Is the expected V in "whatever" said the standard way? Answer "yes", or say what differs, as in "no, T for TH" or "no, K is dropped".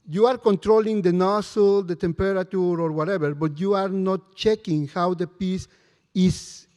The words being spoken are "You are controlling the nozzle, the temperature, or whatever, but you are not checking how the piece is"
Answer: no, B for V